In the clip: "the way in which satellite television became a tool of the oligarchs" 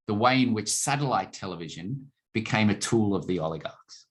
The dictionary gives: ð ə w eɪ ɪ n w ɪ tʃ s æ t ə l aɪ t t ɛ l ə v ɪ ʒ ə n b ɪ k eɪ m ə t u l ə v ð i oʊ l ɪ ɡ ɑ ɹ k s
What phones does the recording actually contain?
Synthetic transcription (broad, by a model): ð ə w eɪ ɪ n w ɪ tʃ s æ t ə l aɪ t t ɛ l ə v ɪ ʒ ə n b ɪ k eɪ m ə t u l ə v ð i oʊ l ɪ ɡ ɑ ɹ k s